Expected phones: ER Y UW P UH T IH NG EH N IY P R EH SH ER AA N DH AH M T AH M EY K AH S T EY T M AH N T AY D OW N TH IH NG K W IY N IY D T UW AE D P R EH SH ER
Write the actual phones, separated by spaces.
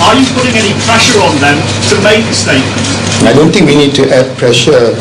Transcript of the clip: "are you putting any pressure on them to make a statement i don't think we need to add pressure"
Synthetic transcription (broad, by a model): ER Y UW P UH T IH NG EH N IY P R EH SH ER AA N DH AH M T AH M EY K AH S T EY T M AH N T AY D OW N T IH NG K W IY N IY D T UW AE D P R EH SH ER